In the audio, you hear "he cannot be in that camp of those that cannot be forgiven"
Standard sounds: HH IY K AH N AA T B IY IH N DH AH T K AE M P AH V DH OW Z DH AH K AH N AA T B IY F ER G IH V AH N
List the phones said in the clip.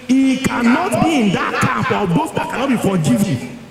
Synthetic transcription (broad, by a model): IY K AH N AA T B IY IH N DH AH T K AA P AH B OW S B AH K AH N AA T B IY F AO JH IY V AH